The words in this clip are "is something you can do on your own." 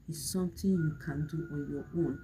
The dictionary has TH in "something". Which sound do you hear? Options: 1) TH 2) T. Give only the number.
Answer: 2